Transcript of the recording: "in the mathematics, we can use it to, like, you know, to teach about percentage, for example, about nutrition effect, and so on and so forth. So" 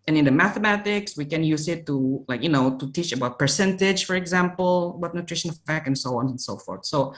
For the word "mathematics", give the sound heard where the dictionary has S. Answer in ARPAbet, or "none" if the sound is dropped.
S